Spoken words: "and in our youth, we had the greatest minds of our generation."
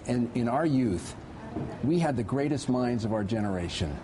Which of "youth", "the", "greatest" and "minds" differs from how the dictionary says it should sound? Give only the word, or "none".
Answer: none